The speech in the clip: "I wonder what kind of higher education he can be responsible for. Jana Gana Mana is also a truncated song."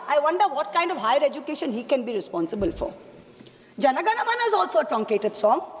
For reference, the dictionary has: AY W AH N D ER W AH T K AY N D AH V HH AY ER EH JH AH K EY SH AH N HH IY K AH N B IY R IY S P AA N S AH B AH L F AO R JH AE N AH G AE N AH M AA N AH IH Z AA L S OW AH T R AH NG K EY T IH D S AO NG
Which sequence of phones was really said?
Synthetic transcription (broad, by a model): AY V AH N D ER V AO T K AY N D AH V HH AY ER EH JH AH K EY SH AH N HH IY K AH N B IY R IY S P AA N S AH B AH L F AO R JH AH N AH G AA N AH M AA N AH IH Z AA L S OW AH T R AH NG K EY T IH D S AO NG